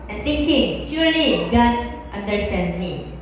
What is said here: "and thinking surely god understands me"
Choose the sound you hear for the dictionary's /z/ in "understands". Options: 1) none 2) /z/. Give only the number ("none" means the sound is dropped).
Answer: 1